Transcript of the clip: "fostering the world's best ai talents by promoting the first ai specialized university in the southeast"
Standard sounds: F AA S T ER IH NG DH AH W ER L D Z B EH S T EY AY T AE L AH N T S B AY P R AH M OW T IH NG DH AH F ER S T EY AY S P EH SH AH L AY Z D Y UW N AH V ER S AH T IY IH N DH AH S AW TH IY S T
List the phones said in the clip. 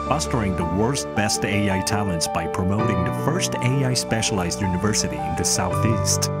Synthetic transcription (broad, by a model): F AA S T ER IH NG DH AH W ER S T B EH S T EY AY T AE L AH N T S B AY P R AH M OW T IH NG DH AH F ER S T EY AY S P EH SH AH L AY Z D Y UW N AH V ER S AH T IY IH N DH AH S AW TH IY S T